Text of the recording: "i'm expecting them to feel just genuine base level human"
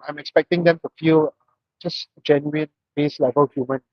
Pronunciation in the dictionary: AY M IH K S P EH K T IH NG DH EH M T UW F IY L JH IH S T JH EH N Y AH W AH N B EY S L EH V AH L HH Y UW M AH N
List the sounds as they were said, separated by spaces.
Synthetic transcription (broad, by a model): AY M IH K S P EH K T IH NG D EH M T UW F IY L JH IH S JH EH N Y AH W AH N B EY S L EH V AH L HH Y UW M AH N